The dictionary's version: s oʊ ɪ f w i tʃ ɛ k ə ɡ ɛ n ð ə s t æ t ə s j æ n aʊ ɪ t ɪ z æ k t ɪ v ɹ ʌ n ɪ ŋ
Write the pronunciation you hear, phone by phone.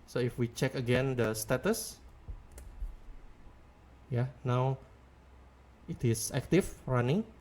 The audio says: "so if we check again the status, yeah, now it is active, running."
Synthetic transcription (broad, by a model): s oʊ ɪ f w i tʃ ɛ k ə ɡ ɛ n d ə s t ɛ t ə s j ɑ n aʊ ɪ t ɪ s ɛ k t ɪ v ɹ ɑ n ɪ ŋ